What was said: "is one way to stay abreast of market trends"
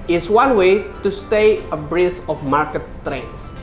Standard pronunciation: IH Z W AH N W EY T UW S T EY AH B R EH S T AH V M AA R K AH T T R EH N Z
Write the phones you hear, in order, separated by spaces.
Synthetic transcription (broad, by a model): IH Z W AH N W EY T UW S T EY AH B R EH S AH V M AA R K AH T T R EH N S